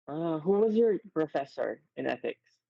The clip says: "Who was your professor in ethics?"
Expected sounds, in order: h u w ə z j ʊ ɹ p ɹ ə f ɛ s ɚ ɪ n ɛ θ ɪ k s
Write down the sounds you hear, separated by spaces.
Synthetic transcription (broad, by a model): h u w ə z j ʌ ɹ p ɹ ə f ɛ s ɚ ɪ n ɛ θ ɪ k s